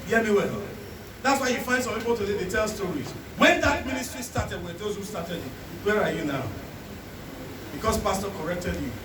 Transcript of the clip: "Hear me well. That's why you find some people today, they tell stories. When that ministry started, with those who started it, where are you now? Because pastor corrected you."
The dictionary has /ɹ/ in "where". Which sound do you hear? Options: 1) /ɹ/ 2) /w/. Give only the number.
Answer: 1